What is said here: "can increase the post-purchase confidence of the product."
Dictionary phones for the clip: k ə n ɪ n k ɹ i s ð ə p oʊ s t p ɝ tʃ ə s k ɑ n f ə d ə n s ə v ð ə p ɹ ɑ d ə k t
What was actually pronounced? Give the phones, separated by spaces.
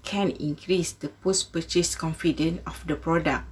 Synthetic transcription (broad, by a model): k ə n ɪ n k ɹ i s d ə p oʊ s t p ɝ tʃ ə s k ɑ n f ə d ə n ə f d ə p ɹ ɑ d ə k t